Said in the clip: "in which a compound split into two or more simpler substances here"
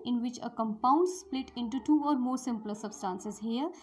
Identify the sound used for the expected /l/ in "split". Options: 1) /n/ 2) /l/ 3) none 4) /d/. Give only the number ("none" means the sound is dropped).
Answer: 2